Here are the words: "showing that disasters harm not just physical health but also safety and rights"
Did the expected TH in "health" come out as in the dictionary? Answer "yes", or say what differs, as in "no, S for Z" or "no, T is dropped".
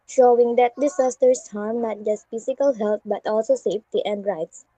no, T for TH